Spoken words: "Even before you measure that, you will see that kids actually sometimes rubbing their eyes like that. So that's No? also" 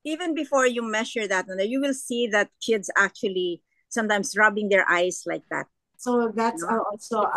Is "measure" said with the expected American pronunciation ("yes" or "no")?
no